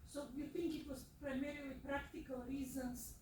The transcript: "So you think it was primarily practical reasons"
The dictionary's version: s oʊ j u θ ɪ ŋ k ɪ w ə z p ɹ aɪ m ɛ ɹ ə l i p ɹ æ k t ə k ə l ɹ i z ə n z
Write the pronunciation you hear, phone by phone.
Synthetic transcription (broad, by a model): s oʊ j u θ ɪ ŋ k ɪ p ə s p ɹ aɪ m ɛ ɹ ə i p ɹ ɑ k t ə k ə l ɹ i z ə n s